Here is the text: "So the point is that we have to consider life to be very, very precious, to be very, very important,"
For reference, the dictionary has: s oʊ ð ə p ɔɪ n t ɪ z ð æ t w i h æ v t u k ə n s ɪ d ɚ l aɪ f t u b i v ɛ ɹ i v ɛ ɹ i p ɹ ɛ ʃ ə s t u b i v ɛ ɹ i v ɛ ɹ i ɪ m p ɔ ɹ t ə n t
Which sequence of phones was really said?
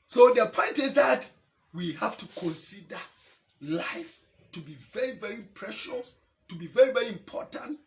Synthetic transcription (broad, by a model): s oʊ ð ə p ɔɪ n t ɪ z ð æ t w i h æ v t u k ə n s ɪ d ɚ l aɪ f t u b i v ɛ ɹ i v ɛ ɹ i p ɹ ɛ ʃ ə s t u b i v ɛ ɹ i v ɛ ɹ i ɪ m p ɔ ɹ t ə n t